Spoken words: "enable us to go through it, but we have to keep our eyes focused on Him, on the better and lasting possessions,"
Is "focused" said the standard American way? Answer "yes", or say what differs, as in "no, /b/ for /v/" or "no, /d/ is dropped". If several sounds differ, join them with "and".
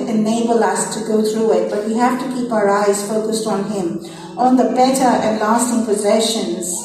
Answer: yes